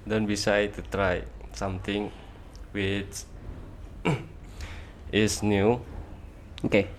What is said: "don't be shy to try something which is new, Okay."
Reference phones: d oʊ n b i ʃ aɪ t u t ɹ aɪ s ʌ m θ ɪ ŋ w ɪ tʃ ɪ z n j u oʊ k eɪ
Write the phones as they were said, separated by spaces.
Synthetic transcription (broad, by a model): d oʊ n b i s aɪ t u t ɹ aɪ s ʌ m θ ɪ ŋ w ɪ tʃ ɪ s n j u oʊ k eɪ